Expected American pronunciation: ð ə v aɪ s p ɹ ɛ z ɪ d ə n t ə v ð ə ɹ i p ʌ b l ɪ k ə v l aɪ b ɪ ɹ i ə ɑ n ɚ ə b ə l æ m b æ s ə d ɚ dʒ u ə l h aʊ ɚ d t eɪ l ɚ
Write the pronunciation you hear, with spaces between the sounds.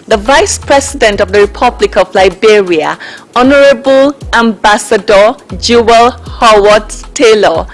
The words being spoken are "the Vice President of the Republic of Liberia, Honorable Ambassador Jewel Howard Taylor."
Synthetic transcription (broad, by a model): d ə v aɪ s p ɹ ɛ s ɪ d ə n t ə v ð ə ɹ i p ʌ b l ɪ k ə v l aɪ b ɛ ɹ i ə ɑ n ɚ ə b ə l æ m b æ s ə d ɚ dʒ u ə l h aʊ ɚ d t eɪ l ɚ